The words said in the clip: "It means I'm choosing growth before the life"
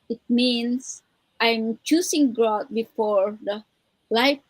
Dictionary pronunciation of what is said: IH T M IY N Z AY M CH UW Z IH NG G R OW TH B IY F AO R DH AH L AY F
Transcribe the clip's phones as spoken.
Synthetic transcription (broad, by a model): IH T M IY N S AY M CH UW S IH NG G R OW T B IY F AO R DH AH L AY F